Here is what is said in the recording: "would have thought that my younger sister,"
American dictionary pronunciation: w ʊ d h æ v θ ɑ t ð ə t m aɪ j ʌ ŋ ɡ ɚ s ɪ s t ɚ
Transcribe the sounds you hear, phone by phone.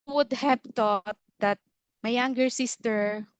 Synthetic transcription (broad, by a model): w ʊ d h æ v t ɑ t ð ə t m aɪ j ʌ ŋ ɡ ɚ s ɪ s t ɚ